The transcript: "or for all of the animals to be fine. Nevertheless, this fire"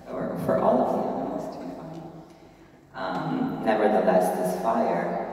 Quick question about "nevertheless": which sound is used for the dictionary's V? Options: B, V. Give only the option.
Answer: V